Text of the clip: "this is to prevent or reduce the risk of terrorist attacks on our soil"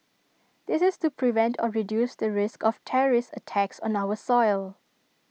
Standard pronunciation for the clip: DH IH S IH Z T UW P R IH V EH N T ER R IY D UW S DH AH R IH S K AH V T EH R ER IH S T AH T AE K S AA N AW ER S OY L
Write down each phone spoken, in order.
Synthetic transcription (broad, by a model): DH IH S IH S T UW P R IH V EH N T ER R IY D UW S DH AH R IH S K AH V T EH R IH S AH T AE K S AA N AW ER S OY L